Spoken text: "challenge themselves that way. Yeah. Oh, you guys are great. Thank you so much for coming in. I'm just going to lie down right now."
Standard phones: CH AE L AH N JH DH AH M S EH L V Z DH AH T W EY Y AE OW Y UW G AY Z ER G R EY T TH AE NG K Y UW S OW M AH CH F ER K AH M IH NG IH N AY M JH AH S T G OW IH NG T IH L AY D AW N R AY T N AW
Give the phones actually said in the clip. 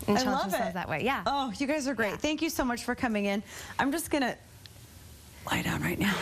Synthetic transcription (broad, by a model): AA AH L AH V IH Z DH AH T W EY Y AE OW Y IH G AY Z ER G R EY T TH AE NG K Y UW S OW M AH CH F ER K AH M IH NG IH N AY M JH AH S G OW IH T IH L AY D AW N R AY T N AW